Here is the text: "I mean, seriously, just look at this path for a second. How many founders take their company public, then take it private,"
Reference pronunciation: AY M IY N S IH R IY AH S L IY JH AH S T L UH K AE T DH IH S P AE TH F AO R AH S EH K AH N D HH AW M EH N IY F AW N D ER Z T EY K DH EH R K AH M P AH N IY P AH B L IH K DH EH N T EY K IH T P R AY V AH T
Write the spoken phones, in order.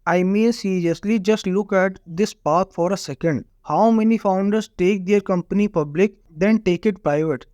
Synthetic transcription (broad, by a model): AY M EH S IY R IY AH S L IY JH AH S T L UH K AE T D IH S P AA T F AO R AH S EH K AH N D HH AW M EH N IY F AW N D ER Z T EY K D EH R K AH M P AH N IY P AH B L IH K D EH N T EY K IH T P R AY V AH T